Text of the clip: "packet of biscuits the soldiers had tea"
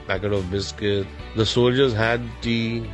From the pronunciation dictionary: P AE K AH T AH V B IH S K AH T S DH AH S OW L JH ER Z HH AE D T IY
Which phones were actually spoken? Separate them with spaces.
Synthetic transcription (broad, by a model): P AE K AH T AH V B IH S K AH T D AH S OW L JH ER Z HH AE D T IY